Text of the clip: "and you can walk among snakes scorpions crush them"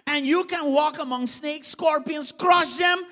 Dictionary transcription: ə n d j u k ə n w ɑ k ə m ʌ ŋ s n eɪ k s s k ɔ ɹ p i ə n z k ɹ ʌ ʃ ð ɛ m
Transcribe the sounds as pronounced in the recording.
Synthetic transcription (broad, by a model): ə n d j u k ə n w ɑ k ə m ʌ ŋ s n eɪ k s s k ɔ ɹ p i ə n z k ɹ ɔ s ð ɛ m